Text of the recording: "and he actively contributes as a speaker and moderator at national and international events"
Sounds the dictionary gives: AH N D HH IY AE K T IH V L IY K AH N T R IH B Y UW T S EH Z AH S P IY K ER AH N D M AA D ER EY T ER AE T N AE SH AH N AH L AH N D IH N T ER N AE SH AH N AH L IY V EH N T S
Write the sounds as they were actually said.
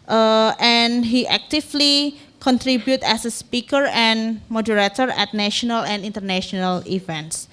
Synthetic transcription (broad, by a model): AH N HH IY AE K T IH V L IY K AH N T R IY B Y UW T EH S AH S P IY K ER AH N M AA D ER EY T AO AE T N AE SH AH N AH L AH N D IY N T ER N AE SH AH N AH L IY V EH N T S